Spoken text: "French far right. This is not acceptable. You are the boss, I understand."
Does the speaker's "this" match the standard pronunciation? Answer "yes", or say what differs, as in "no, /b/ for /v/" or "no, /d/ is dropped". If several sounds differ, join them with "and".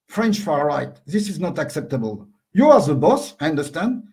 yes